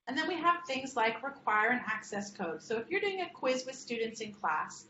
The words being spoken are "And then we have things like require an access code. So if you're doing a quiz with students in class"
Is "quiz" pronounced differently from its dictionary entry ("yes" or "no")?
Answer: no